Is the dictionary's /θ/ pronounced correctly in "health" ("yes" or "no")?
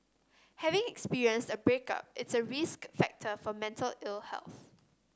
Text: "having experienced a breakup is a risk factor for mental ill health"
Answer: yes